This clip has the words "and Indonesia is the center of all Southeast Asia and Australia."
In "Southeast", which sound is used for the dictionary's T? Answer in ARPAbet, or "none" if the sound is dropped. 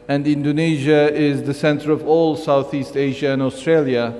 T